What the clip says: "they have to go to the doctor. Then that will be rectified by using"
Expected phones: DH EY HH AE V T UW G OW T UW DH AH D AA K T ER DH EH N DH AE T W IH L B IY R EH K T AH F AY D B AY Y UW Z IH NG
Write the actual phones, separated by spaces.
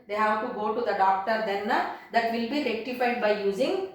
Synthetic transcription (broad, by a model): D EY HH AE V T UW G OW T UW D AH D AA K T ER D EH N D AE T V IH L B IY R EH K T AH F AY D B AY Y UW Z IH NG